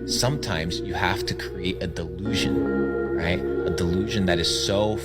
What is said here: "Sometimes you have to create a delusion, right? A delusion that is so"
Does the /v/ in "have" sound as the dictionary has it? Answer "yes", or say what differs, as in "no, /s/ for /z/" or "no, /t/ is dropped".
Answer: no, /f/ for /v/